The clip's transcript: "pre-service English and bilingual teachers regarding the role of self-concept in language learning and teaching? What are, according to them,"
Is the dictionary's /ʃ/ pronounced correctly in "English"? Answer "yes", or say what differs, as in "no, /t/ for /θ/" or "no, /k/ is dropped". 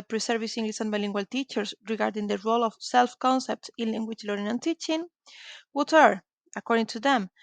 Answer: no, /s/ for /ʃ/